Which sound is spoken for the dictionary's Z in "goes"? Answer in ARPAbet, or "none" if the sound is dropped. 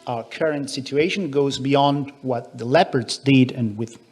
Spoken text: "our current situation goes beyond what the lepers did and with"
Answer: Z